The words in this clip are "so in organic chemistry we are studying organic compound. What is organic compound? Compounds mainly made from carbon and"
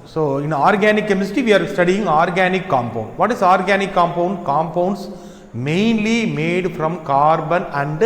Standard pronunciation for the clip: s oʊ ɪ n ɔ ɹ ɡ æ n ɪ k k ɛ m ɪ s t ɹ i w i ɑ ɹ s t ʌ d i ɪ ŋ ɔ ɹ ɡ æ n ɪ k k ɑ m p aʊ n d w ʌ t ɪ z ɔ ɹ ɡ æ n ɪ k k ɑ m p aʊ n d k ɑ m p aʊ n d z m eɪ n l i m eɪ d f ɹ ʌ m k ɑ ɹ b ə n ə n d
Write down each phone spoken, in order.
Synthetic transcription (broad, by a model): s oʊ ɪ n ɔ ɹ ɡ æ n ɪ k k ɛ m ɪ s t i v i ɑ ɹ s t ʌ d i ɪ ŋ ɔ ɹ ɡ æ n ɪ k k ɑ m p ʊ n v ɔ t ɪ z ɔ ɹ ɡ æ n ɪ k k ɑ m p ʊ n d k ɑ m p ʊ n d s m eɪ n l i m eɪ d f ɹ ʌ m k ɑ ɹ b ə n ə n d